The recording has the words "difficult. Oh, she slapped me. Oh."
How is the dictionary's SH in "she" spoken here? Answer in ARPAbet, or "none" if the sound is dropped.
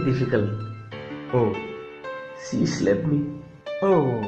S